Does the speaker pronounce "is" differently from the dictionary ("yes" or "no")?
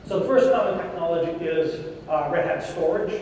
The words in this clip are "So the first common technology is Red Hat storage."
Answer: no